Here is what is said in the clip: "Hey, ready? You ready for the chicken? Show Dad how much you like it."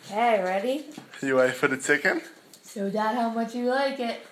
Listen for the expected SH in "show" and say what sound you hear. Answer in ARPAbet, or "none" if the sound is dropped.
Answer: S